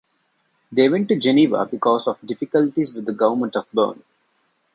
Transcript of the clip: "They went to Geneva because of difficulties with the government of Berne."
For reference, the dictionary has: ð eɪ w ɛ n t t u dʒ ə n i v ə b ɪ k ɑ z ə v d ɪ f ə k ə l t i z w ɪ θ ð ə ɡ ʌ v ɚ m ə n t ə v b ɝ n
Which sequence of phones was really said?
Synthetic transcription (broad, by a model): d eɪ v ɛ n t t u dʒ ə n i v ə b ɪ k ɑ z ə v d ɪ f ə k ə l t i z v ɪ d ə ɡ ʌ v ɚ m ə n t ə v b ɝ n